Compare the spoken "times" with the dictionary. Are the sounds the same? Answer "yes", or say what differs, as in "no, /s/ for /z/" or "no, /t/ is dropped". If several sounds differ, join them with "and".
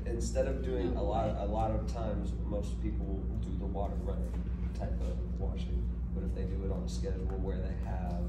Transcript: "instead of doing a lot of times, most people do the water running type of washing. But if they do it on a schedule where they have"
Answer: yes